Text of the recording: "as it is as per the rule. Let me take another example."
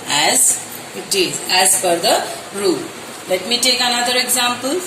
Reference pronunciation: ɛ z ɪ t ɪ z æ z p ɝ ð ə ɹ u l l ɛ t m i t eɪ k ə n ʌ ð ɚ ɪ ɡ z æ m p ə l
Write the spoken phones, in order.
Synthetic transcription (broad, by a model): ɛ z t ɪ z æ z f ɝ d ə ɹ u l l ɛ t m i t eɪ k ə n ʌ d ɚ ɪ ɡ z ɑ m p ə l